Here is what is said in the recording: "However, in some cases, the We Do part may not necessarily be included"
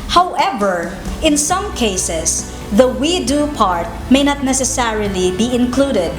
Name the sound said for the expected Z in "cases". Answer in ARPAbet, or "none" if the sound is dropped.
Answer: S